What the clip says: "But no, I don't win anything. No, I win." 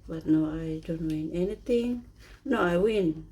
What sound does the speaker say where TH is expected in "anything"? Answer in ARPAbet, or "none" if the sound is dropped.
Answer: T